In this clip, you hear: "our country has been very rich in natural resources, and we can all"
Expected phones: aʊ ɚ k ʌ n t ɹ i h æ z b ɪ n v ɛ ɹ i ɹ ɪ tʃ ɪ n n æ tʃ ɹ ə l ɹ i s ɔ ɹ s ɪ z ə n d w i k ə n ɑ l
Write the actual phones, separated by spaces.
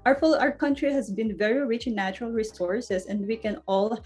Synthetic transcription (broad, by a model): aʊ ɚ k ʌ n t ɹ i h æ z b ɪ n v ɛ ɹ i ɹ ɪ tʃ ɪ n n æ tʃ ɹ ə l ɹ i s ɔ ɹ s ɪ s ə n d w i k ə n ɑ l